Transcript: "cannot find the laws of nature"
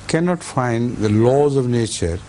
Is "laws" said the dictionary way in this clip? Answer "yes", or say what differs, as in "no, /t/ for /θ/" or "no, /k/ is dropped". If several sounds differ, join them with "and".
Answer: yes